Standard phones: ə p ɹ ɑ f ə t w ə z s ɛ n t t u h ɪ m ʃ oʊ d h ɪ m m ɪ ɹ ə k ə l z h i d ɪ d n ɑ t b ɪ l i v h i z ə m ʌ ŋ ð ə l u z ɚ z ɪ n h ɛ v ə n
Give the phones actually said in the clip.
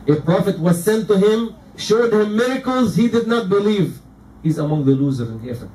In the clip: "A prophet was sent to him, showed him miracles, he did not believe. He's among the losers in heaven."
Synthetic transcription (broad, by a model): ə p ɹ ɑ f ə t w ə z s ɛ n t t u h ɪ m ʃ oʊ d h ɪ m m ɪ ɹ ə k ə l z h i d ɪ d n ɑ t b ɪ l i v h i z ə m ʌ ŋ ð ə l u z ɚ ɪ n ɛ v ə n